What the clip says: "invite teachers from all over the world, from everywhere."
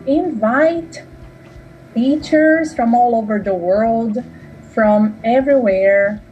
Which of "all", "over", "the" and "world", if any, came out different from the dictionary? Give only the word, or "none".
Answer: none